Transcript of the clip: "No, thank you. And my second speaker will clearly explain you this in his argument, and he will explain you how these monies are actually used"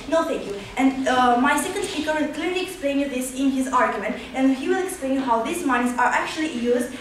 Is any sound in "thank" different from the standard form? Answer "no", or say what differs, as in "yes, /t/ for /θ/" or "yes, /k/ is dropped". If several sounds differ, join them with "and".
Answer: yes, /t/ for /θ/